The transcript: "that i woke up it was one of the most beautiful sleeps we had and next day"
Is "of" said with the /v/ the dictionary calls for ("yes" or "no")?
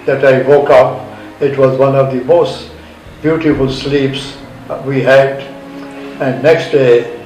yes